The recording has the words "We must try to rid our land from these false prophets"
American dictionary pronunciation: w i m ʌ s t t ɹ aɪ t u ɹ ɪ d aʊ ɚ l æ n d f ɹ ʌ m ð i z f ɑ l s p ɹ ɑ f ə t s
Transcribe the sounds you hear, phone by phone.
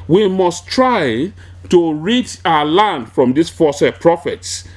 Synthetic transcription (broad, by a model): w i m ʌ s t t ɹ aɪ t u ɹ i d aʊ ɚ l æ n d f ɹ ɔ m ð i s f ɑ s p ɹ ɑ f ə t s